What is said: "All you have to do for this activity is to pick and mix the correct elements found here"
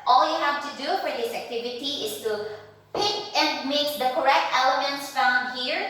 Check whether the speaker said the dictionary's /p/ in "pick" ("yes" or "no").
yes